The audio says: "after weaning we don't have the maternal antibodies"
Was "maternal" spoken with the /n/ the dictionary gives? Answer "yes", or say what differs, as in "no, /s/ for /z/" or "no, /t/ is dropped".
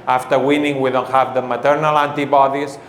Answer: yes